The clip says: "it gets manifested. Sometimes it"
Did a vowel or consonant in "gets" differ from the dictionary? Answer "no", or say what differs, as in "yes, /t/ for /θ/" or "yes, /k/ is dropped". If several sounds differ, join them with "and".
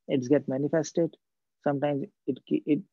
yes, /s/ is dropped